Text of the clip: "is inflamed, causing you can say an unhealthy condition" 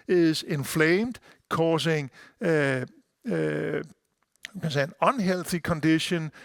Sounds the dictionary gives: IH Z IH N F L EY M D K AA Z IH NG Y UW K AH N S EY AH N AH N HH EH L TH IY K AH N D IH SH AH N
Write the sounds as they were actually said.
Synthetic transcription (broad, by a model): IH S IH N F L EY M D K AA S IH NG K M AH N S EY AH N AH N HH EH L TH IY K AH N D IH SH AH N